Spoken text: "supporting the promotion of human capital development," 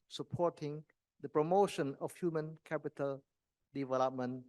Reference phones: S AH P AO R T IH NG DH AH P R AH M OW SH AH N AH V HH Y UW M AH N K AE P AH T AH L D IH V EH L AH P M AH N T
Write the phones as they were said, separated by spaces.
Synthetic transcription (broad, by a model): S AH P AO T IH NG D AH P R AH M OW SH AH N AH F HH Y UW M AH N K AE P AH T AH L D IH V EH L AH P M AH N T